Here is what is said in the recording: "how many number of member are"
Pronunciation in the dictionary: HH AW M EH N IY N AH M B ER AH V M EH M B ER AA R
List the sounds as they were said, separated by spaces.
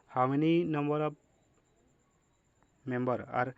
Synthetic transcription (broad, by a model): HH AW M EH N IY N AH M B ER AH B M EH M B ER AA R